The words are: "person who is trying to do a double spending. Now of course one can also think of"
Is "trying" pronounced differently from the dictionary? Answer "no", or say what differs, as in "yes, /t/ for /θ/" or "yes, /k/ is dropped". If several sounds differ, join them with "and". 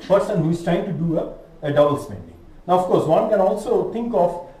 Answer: no